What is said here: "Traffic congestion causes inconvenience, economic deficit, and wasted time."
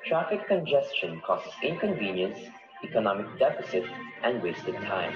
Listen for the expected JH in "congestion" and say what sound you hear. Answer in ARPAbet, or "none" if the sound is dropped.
JH